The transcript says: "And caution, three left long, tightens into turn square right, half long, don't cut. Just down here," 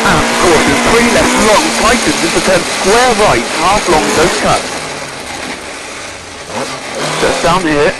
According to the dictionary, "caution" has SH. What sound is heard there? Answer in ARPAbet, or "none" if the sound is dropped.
S